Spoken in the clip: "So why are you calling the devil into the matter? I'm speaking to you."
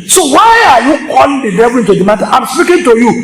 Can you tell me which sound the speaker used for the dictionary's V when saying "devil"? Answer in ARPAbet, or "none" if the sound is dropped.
B